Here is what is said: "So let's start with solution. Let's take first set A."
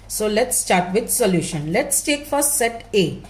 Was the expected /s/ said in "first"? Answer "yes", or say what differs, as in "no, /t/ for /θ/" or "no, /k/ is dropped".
no, /s/ is dropped